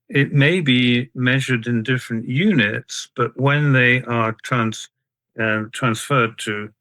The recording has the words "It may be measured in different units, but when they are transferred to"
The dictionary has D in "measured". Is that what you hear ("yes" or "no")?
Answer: yes